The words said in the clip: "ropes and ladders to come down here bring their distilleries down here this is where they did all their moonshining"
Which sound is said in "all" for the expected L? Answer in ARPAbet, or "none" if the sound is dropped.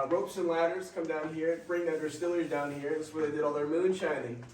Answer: L